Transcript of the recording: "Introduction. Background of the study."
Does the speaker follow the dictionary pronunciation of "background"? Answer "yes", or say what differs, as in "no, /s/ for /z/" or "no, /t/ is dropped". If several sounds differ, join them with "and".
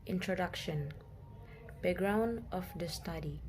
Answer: no, /k/ is dropped